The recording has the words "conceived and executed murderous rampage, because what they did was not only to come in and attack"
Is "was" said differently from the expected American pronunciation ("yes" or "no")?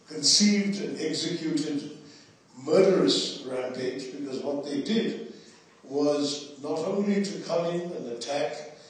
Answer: no